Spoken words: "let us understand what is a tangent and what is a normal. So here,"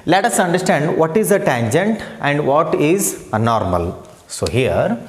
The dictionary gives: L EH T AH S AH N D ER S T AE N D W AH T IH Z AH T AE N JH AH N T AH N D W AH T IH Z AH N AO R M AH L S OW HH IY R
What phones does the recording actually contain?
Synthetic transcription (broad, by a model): L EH T AH S AH N D ER S T AE N D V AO T IH Z AH T AE N JH AH N T AH N D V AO T IH Z AH N AO R M AH L S OW HH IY R